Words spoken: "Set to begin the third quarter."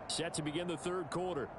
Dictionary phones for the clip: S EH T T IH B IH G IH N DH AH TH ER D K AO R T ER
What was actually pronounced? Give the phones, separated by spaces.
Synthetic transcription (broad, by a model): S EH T T IH B IH G IH N DH AH TH ER D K AO R T ER